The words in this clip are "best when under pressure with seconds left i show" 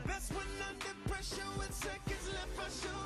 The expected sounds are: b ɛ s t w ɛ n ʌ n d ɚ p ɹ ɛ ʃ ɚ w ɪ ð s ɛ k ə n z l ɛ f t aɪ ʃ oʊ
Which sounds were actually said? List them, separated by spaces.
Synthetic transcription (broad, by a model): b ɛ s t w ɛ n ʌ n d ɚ p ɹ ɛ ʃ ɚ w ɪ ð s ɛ k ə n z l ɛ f aɪ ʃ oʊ